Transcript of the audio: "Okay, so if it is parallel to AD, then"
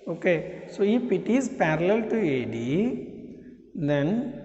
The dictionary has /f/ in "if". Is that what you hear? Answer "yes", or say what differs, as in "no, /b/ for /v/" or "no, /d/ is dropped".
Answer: no, /p/ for /f/